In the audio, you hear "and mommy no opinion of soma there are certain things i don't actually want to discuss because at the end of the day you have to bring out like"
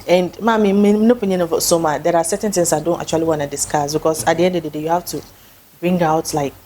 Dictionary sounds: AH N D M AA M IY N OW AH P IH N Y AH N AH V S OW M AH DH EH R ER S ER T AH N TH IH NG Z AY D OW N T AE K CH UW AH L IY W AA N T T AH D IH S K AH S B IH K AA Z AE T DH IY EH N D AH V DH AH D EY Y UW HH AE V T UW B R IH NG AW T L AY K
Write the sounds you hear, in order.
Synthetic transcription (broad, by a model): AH N D M AA M IY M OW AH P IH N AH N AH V S OW M AH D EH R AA S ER T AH N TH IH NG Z AY D OW N T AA K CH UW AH L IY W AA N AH D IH S K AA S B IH K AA S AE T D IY EH N D AH V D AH D EY Y UW HH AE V T UW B R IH NG AW T L AY K